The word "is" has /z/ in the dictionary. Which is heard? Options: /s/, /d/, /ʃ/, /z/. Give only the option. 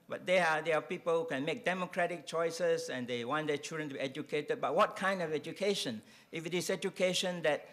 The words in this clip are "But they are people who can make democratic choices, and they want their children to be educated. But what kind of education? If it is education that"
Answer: /s/